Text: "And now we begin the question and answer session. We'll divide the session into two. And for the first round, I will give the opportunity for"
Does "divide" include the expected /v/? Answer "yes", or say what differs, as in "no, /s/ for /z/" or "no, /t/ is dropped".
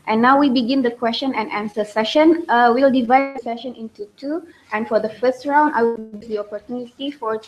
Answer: yes